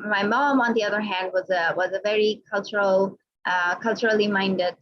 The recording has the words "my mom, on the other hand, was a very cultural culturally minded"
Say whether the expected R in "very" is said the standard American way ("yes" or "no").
yes